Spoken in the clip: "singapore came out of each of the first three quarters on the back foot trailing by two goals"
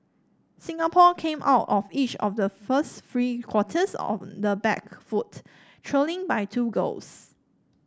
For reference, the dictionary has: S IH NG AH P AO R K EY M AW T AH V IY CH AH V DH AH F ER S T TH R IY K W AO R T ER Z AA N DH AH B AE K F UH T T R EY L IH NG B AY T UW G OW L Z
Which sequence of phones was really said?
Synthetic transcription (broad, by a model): S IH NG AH P AO K EY M AW T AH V IY CH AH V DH AH F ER S T F R IY K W AO T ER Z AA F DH AH B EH K F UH T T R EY L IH NG B AY T UW G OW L S